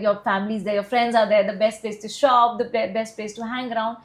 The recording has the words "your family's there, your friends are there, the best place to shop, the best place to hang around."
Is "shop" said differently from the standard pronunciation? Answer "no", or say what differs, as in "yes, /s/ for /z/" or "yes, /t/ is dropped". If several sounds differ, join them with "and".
no